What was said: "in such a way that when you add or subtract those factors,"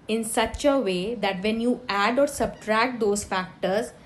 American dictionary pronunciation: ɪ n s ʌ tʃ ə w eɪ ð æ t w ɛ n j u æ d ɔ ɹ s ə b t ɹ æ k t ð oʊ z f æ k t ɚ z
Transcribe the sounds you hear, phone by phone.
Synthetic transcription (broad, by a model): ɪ n s ʌ tʃ ə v eɪ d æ t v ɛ n j u æ d ɔ ɹ s ə b t ɹ æ k t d oʊ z f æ k t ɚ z